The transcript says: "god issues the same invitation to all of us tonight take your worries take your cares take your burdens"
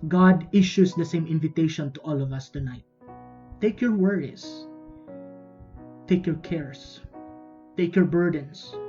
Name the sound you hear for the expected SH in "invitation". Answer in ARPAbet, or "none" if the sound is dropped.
SH